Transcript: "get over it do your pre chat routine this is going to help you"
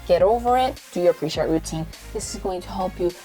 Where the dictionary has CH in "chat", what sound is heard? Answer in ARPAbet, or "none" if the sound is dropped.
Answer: SH